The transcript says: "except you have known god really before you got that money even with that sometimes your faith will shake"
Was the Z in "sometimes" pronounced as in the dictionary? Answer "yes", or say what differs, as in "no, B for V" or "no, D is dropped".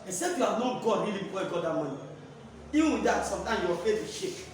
no, Z is dropped